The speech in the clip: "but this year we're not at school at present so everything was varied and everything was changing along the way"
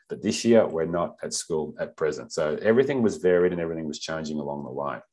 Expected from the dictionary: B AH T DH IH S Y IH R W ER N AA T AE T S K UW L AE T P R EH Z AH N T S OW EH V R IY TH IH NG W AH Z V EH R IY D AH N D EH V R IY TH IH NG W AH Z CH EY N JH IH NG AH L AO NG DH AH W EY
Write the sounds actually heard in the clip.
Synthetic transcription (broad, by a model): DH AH T DH IH S Y IH R W ER N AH T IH T S K UW L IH T P R EH Z AH N T S OW EH V R IY TH IH NG W AH Z V EH R IY D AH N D EH V R IY TH IH NG W AH Z CH EY N JH IH NG AH L AO NG DH AH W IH